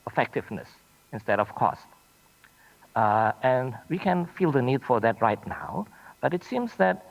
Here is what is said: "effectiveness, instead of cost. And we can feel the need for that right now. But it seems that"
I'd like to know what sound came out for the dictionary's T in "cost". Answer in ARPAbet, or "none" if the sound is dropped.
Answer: T